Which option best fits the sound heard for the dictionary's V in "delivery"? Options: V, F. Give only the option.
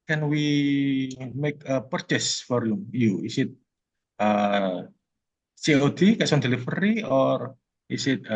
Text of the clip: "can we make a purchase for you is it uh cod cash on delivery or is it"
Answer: F